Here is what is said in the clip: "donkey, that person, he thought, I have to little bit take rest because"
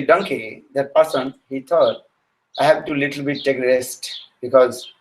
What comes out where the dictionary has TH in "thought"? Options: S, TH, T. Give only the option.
T